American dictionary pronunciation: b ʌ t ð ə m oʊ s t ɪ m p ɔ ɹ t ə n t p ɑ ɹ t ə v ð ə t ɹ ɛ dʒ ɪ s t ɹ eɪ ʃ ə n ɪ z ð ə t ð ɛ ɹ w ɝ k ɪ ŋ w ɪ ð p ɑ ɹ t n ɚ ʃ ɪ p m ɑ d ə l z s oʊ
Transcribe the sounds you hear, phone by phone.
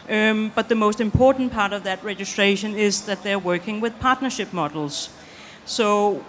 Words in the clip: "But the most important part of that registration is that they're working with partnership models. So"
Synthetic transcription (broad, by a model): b ʌ t ð ə m oʊ s t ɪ m p ɔ ɹ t n p ɑ ɹ t ə v ð ə t ɹ ɛ dʒ ɪ s t ɹ eɪ ʃ ə n ɪ z ð ə t ð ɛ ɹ w ɝ k ɪ ŋ w ɪ ð p ɑ ɹ t n ɚ ʃ ɪ p m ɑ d l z s oʊ